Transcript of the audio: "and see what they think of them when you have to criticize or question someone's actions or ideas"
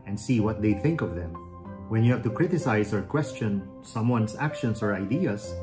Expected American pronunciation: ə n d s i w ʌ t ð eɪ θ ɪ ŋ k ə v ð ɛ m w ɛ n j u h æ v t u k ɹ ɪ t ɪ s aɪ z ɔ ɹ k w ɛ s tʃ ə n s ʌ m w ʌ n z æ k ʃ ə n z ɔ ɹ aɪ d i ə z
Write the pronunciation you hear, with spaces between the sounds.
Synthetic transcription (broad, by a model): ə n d s i w ʌ t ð eɪ θ ɪ ŋ k ə v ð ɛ m w ɛ n j u h æ v t u k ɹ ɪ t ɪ s aɪ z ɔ ɹ k w ɛ s tʃ ə n s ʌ m w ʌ n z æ k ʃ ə n s ɔ ɹ aɪ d i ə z